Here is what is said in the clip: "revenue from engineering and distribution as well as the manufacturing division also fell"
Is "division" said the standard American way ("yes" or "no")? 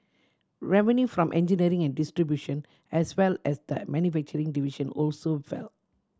no